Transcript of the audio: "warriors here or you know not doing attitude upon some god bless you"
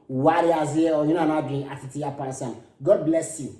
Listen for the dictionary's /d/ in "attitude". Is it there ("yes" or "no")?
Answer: no